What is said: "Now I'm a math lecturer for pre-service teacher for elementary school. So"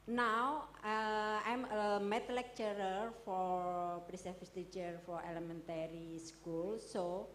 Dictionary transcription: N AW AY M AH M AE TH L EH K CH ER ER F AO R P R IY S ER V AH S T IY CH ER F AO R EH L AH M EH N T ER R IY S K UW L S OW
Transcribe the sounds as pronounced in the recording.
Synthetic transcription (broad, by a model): N AW AY M AH M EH T L EH K CH ER ER F AO R P R IY S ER F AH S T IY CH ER F AO R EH L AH M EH N T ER R IY S K UW L S OW